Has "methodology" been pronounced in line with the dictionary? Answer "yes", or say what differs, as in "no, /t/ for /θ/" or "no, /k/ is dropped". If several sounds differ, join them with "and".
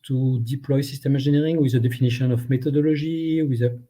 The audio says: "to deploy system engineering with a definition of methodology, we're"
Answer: no, /t/ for /θ/